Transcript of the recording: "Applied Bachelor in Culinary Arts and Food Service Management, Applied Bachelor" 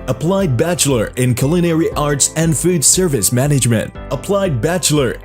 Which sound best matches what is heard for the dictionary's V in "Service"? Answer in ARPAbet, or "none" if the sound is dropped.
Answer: V